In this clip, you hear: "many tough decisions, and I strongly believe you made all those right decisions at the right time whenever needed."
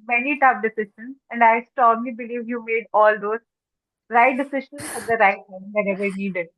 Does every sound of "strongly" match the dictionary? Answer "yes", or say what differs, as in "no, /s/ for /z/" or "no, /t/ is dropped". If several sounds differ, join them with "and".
no, /ɹ/ is dropped